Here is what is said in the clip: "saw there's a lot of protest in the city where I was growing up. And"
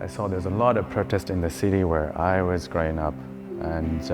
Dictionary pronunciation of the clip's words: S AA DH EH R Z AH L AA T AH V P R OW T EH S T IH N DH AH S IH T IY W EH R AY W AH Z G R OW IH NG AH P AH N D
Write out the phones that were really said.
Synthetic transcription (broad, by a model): S AA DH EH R Z AH L AA T AH V P R OW T EH S T IH N DH AH S IH T IY W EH R AY W AH Z G R OW IH NG AH P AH N